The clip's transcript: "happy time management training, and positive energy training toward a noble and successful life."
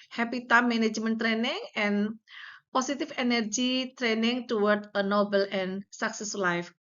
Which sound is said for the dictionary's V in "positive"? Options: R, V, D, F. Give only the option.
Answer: F